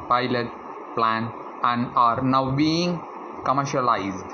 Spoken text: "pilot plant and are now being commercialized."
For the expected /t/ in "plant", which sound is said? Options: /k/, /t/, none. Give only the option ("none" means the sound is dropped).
none